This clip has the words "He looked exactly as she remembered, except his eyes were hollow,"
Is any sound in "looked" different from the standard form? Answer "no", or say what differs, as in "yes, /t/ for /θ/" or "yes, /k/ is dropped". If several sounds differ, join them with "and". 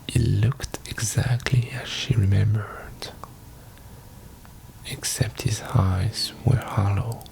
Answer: no